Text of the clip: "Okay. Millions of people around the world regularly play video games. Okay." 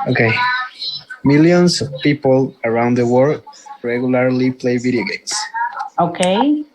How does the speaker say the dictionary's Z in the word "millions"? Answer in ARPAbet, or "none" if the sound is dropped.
S